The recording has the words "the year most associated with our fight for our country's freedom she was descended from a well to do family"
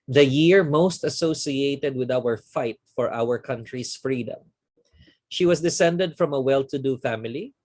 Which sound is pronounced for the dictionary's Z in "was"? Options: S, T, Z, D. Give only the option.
S